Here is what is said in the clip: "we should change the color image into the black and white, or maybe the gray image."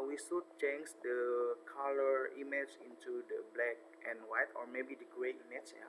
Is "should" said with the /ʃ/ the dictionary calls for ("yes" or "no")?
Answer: no